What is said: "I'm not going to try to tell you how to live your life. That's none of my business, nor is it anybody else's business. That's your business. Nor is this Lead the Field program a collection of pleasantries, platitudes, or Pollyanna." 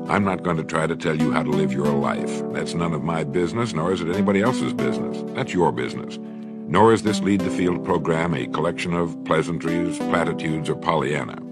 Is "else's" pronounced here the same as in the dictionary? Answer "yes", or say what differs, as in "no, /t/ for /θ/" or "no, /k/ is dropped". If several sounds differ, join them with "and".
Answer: yes